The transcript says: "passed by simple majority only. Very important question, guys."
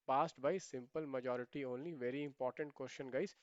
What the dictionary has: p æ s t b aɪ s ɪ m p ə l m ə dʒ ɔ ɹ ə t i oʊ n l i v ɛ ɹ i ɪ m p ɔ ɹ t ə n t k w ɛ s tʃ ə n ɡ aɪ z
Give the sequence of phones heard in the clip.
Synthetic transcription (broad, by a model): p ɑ s t b aɪ s ɪ m p ə l m ə dʒ ɔ ɹ ə t i oʊ n l i v ɛ ɹ i ɪ m p ɔ ɹ t ə n t k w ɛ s ʃ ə n ɡ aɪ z